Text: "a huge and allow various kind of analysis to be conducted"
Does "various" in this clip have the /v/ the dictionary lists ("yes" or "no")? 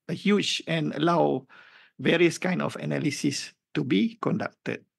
yes